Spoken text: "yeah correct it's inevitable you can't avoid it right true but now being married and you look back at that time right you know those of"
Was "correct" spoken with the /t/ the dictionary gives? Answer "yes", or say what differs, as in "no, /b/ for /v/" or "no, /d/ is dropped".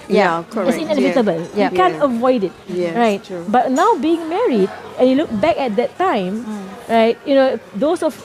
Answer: no, /t/ is dropped